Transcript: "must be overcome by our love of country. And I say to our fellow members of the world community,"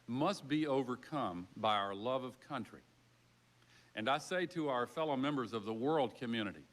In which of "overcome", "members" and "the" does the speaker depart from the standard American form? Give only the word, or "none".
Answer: none